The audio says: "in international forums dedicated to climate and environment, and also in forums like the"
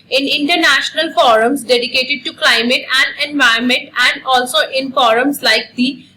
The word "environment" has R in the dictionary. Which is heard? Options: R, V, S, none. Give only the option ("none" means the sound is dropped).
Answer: none